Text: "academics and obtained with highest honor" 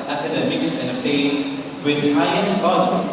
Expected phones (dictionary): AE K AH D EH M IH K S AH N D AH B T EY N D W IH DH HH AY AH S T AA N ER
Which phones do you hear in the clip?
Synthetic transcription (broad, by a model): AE K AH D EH M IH K S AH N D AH T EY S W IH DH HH AY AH S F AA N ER